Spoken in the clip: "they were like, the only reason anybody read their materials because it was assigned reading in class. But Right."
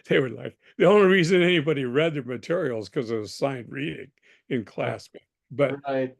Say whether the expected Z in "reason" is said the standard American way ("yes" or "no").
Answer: yes